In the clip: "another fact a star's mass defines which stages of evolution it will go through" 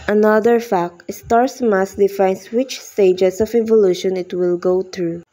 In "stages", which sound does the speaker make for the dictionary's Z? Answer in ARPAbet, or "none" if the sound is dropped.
S